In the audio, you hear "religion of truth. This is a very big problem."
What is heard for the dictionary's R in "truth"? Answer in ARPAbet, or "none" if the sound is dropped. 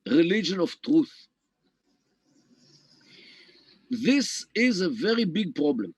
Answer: R